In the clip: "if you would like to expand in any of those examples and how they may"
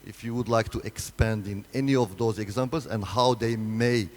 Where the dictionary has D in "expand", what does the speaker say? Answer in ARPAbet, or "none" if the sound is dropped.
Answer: D